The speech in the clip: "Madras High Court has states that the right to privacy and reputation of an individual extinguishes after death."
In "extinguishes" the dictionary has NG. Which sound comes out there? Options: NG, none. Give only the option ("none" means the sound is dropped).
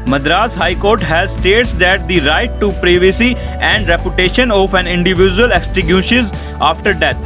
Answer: none